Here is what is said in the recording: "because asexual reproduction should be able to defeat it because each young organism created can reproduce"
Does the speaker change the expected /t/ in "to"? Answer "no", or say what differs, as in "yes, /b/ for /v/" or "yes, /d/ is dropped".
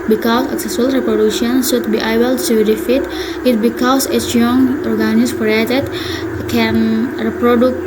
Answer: yes, /s/ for /t/